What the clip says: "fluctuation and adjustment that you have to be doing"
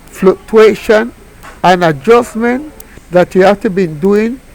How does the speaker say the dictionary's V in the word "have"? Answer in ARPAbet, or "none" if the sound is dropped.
F